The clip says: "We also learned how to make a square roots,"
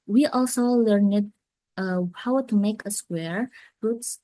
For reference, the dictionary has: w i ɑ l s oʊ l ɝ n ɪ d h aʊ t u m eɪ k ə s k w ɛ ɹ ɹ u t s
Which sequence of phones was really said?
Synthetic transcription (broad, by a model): w i ɑ l s oʊ l ɝ n ɪ d h aʊ t u m eɪ k ə s k w ɛ ɹ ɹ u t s